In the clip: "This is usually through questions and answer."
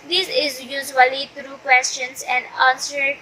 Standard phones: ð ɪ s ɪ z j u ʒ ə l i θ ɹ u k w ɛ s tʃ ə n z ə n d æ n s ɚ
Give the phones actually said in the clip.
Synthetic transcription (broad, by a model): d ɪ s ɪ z j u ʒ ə l i t ɹ u k w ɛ s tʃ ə n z ə n d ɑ n s ɚ